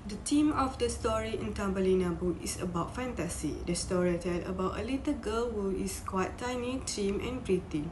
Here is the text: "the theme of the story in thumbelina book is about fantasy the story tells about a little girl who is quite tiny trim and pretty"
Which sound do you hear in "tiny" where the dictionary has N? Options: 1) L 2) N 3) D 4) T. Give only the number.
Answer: 2